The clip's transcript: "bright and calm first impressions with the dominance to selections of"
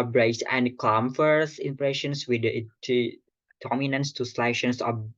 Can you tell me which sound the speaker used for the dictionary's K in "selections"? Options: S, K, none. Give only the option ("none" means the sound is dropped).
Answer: none